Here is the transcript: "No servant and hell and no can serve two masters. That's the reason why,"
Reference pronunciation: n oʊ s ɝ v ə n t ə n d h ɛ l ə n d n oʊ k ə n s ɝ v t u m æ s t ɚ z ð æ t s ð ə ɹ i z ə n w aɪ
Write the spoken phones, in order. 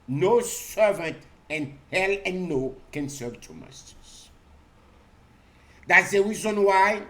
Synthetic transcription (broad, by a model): n oʊ s ɝ v ə n t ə n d h ɛ l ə n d n oʊ k ə n s ɝ v t u m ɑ s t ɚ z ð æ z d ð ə ɹ i z ə n w aɪ